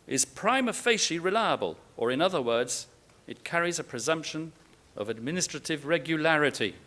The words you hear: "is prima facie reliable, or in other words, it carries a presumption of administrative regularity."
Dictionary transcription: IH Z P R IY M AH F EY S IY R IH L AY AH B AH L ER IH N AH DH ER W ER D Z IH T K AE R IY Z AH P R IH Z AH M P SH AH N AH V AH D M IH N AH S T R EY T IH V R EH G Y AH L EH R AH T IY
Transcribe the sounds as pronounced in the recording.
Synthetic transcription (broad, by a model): IH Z P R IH M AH F EY SH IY R IH L AY AH B AH L ER IH N AH DH ER W ER D Z IH T K AE R IY Z AH P R IH Z AH M P SH AH N AH V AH D M IH N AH S T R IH T IH V R EH G Y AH L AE R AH T IY